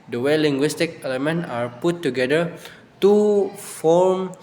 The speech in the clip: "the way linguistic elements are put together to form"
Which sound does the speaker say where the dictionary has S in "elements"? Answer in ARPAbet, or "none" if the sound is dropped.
none